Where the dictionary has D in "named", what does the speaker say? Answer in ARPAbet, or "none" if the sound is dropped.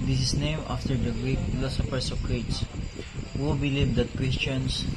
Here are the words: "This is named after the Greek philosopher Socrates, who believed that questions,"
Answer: none